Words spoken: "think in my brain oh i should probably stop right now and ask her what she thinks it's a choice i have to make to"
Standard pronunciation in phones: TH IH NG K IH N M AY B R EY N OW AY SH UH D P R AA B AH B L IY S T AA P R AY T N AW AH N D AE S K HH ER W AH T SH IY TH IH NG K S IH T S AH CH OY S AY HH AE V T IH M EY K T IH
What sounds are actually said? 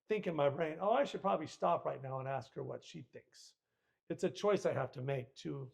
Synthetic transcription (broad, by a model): TH IH NG K IH N M AY B R EY N OW AY SH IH D P R AA B AH B L IY S T AA P R AY T N AW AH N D AE S K HH ER W AH T SH IY TH IH NG K S IH T S AH CH OY S AY HH AE F T IH M EY K T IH